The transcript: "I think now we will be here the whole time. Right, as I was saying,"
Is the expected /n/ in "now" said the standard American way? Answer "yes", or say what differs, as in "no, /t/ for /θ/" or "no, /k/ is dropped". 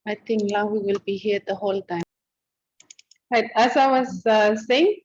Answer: no, /l/ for /n/